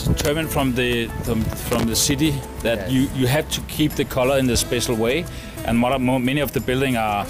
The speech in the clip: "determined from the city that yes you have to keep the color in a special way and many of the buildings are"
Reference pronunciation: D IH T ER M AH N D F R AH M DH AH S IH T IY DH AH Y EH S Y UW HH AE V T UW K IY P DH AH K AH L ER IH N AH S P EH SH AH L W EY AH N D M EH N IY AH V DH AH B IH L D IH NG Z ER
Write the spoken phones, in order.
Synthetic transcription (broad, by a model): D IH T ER M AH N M F R AH M DH AH S IH T IY DH AH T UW Y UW HH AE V T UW K IY P DH AH K AH L ER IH N AH S P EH SH L W EY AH N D M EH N IY AH V DH AH B IH L D IH NG ER